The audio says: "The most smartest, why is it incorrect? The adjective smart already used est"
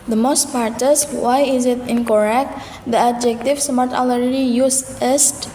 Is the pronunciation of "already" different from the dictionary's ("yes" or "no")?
yes